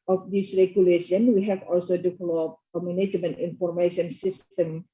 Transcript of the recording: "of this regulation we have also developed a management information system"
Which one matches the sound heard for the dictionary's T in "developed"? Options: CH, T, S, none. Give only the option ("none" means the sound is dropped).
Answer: none